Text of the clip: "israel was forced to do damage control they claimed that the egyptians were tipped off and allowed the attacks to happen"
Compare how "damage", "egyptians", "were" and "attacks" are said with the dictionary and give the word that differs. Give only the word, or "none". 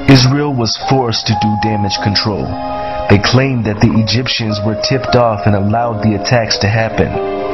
none